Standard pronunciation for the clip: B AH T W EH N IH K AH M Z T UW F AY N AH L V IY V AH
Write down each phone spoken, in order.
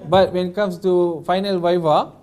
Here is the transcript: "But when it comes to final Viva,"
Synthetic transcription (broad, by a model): B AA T W EH N IH K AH M S T UW F AY N AH L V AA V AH